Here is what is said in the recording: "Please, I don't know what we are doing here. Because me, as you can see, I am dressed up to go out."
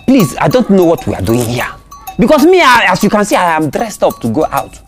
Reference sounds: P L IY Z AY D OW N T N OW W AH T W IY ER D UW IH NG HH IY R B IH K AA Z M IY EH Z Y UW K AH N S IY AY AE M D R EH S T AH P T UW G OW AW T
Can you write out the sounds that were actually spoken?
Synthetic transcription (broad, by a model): P L IY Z AY D OW N T N OW W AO T W IY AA D UW IH NG HH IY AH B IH K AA S M IY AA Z Y UW K AH N S IY AY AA M D R EH S T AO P T UW G OW AW T